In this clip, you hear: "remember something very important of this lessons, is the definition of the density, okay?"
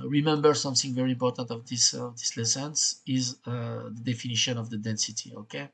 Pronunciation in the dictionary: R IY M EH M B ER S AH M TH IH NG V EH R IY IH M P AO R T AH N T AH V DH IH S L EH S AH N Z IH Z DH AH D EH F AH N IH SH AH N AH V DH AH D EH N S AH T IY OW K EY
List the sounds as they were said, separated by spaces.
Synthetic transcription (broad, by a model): R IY M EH M B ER S AH M TH IH NG V EH R IY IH M P AO R T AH N T AH V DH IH S L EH S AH N S IH Z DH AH D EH F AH N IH SH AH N AH V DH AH D EH N S AH T IY OW K EY